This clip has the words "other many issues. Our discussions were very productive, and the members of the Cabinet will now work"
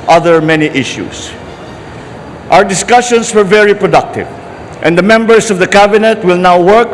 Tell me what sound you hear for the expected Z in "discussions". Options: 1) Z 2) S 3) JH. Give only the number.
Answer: 2